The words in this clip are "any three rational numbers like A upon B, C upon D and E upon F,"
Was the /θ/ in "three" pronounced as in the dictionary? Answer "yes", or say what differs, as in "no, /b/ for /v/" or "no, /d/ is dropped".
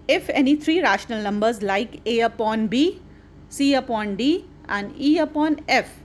no, /t/ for /θ/